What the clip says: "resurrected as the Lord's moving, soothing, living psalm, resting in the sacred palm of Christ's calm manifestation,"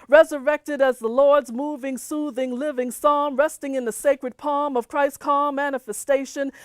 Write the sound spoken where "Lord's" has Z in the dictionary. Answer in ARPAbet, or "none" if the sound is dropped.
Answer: Z